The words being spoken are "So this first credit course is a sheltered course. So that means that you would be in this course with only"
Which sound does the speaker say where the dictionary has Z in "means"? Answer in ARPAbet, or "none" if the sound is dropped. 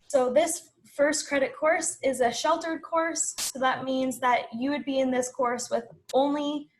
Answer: Z